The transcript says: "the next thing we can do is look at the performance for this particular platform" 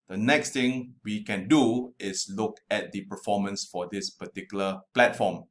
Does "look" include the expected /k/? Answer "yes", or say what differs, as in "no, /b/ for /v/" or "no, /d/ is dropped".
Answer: yes